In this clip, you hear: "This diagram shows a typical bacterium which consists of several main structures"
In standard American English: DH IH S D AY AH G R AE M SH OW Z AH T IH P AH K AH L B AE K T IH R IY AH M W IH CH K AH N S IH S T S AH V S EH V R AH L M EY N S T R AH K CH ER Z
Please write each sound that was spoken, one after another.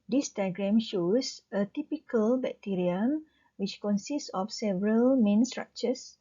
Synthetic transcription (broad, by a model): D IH S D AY G R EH M SH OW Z AH T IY P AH K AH L B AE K T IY R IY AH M W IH CH K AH N S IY S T S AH F S EH V R AH L M EY N S T R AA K CH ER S